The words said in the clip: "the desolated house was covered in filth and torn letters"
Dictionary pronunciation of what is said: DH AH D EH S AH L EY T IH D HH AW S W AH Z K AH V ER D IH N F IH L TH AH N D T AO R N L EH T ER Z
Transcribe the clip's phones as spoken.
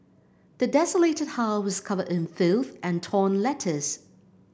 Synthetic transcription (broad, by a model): DH AH D EH S AH L EY T IH D HH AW W AH Z K AH V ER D IH N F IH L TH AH N T AO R N L EH T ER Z